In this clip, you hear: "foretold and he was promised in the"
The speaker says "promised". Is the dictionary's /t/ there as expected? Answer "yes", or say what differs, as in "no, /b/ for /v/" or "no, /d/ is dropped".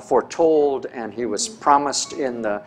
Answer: yes